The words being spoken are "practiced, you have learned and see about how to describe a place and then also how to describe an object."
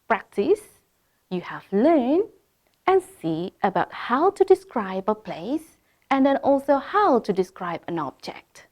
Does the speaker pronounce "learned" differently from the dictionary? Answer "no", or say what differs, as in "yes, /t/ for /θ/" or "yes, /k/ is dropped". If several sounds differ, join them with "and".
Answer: yes, /d/ is dropped